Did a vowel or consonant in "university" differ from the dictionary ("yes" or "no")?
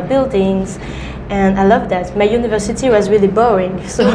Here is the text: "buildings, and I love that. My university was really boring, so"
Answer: no